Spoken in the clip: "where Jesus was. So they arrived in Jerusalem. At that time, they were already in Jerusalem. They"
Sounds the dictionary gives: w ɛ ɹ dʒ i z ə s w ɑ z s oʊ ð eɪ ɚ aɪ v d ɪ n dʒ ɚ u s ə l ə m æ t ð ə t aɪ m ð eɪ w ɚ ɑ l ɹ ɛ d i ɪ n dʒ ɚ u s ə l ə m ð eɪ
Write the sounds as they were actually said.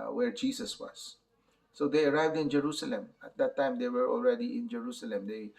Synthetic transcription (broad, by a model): w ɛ ɹ dʒ i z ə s w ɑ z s oʊ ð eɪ ɚ aɪ v d ɪ n dʒ ɚ u s ə l ə m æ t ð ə t aɪ m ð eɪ w ɚ ɑ l ɹ ɛ d i ɪ n dʒ ɚ u s ə l ə m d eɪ